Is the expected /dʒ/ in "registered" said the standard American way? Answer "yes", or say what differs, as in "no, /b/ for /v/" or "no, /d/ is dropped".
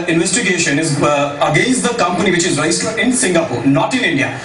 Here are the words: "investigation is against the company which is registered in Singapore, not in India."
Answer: no, /dʒ/ is dropped